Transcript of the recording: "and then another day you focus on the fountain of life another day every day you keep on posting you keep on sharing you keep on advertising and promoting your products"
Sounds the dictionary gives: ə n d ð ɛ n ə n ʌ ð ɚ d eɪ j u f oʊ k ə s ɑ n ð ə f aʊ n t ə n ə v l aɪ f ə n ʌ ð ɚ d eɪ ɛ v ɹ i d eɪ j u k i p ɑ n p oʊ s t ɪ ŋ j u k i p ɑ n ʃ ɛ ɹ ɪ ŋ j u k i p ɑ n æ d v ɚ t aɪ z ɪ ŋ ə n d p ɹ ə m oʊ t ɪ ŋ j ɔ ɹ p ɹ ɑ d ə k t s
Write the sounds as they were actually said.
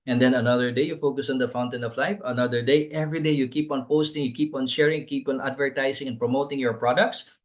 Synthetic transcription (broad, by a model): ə n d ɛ n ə n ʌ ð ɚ d eɪ j u f oʊ k ə s ɑ n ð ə f aʊ n t ə n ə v l aɪ f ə n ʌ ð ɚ d eɪ ɛ v ɹ i d eɪ j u k i p ɑ n p oʊ s t ɪ ŋ j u k i p ɑ n ʃ ɛ ɹ ɪ ŋ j k i p ɑ n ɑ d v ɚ t aɪ s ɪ ŋ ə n p ɹ ə m oʊ t ɪ ŋ j ɔ ɹ p ɹ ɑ d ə k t s